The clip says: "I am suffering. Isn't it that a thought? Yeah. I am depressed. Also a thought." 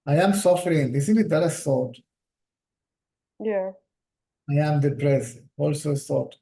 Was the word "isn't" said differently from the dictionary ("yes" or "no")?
yes